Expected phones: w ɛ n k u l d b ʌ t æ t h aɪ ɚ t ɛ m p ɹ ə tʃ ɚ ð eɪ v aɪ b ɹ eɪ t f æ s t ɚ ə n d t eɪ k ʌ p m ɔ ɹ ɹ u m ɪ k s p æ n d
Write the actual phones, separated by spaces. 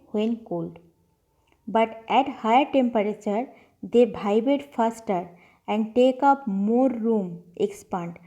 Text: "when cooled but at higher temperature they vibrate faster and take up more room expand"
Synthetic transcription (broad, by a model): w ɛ n k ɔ l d b ʌ t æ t h aɪ ɚ t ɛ m p ɹ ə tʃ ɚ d eɪ b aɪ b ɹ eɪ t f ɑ s t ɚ ə n d t eɪ k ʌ p m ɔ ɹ ɹ u m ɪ k s p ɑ n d